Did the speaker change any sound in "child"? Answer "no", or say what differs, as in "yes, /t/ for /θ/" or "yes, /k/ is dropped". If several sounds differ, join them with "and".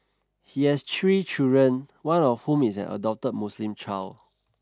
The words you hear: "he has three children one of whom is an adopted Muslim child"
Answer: yes, /d/ is dropped